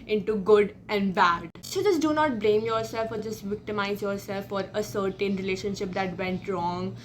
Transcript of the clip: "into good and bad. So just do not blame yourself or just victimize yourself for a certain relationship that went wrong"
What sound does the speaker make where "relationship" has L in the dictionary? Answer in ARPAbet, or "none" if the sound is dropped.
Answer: L